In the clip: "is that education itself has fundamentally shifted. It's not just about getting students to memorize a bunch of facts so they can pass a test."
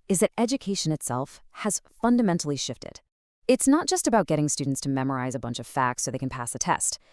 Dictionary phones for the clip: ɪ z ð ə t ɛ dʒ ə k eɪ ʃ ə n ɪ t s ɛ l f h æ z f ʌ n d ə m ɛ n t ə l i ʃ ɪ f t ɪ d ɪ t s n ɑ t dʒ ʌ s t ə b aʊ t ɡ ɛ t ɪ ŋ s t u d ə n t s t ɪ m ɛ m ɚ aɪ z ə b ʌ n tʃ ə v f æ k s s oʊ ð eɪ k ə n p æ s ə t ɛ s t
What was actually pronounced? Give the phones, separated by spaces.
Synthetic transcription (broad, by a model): ɪ z ð ə t ɛ dʒ ə k eɪ ʃ ə n ɪ t s ɛ l f h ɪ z f ʌ n d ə m ɛ n t l i ʃ ɪ f t ɪ d ɪ t s n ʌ t dʒ ʌ s t ə b aʊ t ɡ ɛ t ɪ ŋ s t u d n t s t ɪ m ɛ m ɚ aɪ z ə b ʌ n tʃ ə v f æ k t s oʊ ð eɪ k n p æ s ə t ɛ s t